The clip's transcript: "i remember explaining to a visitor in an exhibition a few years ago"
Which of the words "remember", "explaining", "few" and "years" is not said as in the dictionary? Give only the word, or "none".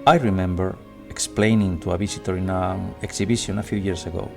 years